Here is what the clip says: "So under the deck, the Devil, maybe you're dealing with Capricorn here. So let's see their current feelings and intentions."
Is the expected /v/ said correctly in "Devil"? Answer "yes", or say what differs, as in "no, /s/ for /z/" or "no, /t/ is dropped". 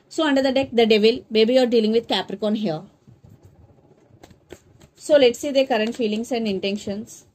yes